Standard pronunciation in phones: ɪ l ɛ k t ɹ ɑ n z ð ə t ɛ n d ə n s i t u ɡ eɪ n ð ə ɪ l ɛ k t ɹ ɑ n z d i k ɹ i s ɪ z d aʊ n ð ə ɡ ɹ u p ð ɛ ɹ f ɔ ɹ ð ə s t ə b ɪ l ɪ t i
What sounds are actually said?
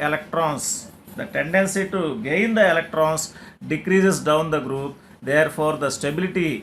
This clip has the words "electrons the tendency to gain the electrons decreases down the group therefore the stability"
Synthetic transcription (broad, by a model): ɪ l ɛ k t ɹ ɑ n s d ə t ɛ n d ə n s i t u ɡ eɪ n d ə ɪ l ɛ k t ɹ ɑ n s d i k ɹ i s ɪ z d aʊ n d ə ɡ ɹ u p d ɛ ɹ p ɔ ɹ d ə s t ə b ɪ l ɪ t i